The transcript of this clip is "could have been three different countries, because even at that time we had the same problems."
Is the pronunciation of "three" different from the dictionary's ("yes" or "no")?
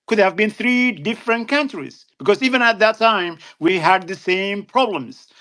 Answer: no